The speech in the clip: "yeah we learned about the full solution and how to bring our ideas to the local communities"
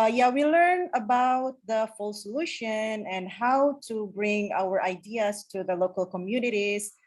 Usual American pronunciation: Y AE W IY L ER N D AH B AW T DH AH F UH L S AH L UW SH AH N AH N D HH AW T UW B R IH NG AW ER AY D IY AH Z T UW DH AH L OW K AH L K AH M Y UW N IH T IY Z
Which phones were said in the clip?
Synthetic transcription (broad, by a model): Y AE W IY L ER N AH B AW T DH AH F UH L S AH L UW SH AH N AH N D HH AW T UW B R IH NG AW ER AY D IY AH S T UW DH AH L OW K AH L K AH M Y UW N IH T IY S